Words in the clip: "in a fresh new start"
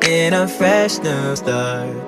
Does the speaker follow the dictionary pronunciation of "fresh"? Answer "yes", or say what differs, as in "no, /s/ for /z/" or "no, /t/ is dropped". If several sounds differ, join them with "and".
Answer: yes